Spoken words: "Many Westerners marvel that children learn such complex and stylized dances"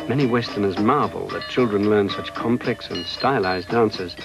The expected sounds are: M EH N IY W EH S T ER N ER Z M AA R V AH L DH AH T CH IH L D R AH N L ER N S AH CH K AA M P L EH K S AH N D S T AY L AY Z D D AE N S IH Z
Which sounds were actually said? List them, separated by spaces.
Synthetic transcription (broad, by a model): M EH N IY W EH S T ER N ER Z M AA R V AH L DH AH T CH IH L D R AH N L ER N S AH CH K AA M P L EH K S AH N S T AY L AY Z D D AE N S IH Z